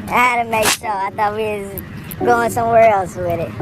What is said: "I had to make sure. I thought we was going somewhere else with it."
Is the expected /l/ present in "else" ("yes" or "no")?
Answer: yes